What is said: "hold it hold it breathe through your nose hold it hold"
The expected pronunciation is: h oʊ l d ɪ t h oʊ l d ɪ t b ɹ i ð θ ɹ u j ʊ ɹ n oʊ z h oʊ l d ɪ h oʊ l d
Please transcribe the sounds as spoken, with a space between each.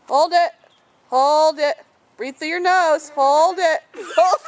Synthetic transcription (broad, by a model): h oʊ l d ɪ t h oʊ l d ɪ t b ɹ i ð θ ɪ j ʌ ɹ n oʊ z h oʊ l d ɪ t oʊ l